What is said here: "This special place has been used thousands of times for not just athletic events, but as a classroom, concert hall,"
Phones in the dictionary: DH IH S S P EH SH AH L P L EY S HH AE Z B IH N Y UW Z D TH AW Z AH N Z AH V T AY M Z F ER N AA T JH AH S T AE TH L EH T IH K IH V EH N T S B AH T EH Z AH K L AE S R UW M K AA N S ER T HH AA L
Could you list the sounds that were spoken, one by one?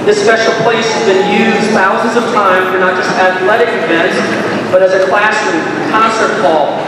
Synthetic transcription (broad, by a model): DH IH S S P EH SH L P L EY S HH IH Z B IH N Y UW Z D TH AW Z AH N Z AH V T AY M F ER N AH T JH AH S T AE TH L EH T IH K IH V EH N T S B AH T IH Z AH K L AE S IH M K AA N S ER T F AA L